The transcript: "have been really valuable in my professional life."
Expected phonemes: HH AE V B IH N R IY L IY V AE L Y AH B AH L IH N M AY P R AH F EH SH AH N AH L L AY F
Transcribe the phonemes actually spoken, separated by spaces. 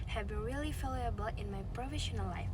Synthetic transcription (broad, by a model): HH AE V B IH N R IY L IY F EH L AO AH B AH L IH N M AY P R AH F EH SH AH N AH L L AY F